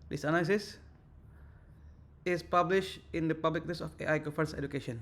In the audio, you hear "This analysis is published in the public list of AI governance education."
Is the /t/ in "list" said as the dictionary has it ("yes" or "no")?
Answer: no